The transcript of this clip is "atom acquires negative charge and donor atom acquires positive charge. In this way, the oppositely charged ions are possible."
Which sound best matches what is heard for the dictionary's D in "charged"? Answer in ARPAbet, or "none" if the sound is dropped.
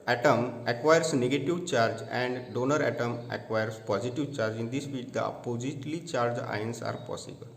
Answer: none